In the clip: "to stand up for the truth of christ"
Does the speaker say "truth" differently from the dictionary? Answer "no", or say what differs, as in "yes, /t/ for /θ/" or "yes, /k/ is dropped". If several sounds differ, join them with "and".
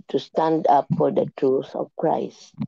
yes, /s/ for /θ/